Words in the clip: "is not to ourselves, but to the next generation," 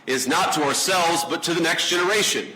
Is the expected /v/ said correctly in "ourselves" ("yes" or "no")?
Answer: yes